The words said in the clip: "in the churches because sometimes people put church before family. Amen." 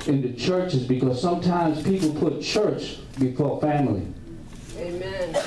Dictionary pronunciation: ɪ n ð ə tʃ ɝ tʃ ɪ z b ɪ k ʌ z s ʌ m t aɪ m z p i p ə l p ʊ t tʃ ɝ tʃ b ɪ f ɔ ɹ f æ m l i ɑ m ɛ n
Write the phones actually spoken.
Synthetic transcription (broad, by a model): ɪ n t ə tʃ ɝ tʃ ɪ z b ɪ k ʌ z s ʌ m t aɪ m z p i p l p ʊ t tʃ ɝ tʃ b ɪ f ɔ ɹ f æ m l i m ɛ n